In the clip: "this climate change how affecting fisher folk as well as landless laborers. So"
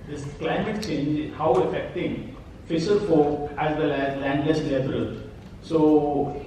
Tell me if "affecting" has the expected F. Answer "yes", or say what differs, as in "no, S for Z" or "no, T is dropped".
yes